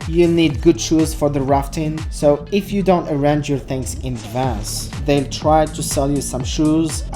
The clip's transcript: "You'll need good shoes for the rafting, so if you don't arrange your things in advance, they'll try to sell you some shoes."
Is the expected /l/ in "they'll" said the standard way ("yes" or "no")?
yes